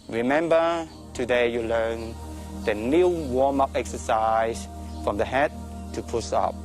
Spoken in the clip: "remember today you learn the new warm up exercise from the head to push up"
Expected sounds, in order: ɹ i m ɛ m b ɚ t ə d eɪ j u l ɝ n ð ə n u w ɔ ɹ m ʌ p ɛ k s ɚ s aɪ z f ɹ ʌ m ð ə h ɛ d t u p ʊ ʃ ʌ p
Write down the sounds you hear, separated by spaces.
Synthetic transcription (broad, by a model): ɹ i m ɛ m b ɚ t ə d eɪ j u l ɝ n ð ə n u w ɔ m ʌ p ɛ k s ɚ s aɪ s f ɹ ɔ m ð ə h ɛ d t u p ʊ s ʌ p